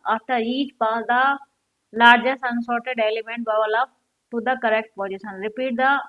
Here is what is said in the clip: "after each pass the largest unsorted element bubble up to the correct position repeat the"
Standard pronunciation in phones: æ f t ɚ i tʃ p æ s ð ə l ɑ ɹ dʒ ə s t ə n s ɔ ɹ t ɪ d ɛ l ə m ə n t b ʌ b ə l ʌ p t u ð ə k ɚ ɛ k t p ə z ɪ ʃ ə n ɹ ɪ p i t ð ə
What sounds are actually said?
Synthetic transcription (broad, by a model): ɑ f t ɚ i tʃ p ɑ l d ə l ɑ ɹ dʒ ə s ə n s ɔ ɹ t ɪ d ɛ l ə m ə n t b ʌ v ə l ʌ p t u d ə k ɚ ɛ k t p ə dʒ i s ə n ɹ ɪ p i t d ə